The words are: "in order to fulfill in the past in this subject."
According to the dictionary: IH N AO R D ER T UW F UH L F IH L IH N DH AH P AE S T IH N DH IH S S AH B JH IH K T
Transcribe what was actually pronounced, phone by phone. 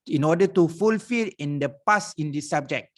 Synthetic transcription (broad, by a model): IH N AO D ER T UW F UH L F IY L IH N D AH P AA S IH N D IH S S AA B JH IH K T